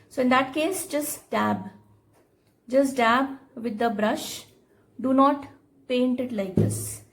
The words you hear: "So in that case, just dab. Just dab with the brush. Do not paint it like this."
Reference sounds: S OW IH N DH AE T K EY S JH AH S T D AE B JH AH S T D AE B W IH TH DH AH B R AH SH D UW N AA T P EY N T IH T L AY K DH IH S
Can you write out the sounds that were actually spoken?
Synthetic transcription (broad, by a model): S OW IH N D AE T K EY S JH AH S T D AE B JH AH S T D AE B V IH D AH B R AH SH D UW N AA T P EY N T IH T L AY K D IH S